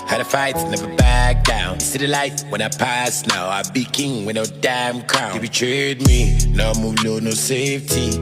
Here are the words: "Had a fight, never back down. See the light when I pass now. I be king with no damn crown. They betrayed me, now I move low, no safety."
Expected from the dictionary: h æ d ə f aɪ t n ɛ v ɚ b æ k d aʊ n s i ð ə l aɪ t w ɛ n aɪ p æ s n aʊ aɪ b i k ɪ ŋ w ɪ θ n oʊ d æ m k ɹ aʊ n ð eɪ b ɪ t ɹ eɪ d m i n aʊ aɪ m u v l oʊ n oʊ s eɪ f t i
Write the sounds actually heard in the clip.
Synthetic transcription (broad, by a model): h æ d ə f aɪ t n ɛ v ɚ b æ k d aʊ n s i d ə l aɪ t w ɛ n aɪ p æ s n aʊ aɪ b i k ɪ ŋ w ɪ n oʊ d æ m k ɹ aʊ n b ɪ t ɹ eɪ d m i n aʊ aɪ m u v n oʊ n oʊ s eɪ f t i